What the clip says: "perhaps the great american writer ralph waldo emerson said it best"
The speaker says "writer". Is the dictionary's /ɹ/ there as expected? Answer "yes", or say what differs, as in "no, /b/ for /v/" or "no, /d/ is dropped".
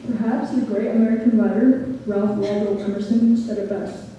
no, /l/ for /ɹ/